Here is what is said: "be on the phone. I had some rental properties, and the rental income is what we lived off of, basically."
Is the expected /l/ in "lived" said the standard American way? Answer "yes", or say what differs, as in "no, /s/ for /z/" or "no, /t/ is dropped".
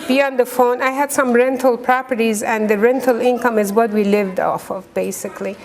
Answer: yes